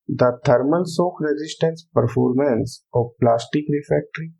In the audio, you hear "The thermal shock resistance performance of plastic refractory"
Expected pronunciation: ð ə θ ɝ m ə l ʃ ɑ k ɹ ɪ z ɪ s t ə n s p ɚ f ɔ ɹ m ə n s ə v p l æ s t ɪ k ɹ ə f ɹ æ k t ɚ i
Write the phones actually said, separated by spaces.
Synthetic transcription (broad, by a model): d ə t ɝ m ə l s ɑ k ɹ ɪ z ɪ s t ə n s p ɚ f ɔ ɹ m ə n s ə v p l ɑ s t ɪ k ɹ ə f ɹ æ k t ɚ i